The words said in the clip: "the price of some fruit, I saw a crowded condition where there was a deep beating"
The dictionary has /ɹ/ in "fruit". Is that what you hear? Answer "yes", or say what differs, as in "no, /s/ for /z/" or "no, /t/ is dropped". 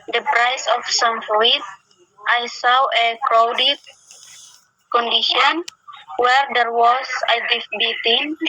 no, /l/ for /ɹ/